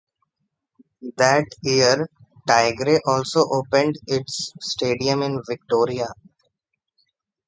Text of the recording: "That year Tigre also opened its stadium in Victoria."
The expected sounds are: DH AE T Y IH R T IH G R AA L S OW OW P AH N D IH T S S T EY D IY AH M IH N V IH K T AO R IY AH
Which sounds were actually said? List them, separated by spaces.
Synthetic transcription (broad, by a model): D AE T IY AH R T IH G R AA L S OW OW P AH N D IH T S S T EY D IY AH M IH N V IH K T AO R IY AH